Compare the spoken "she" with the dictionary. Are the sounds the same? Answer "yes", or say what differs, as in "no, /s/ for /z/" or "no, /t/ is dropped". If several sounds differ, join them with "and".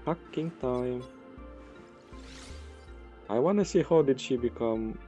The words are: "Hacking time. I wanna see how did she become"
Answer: yes